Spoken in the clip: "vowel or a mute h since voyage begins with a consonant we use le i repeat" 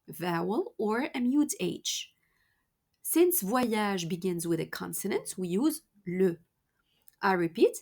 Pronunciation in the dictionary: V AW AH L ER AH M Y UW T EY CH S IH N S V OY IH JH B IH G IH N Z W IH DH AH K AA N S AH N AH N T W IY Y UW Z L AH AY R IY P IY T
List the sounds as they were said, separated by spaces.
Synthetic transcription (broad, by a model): V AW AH L ER AH M Y UW T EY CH S IH N S V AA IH ZH B IH G IH N Z W IH DH AH K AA N S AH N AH N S W IY Y UW Z L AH AY R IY P IY T